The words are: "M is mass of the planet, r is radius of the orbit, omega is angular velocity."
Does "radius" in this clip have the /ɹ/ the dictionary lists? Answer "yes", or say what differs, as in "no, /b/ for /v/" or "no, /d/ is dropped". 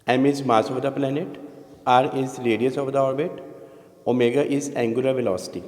no, /l/ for /ɹ/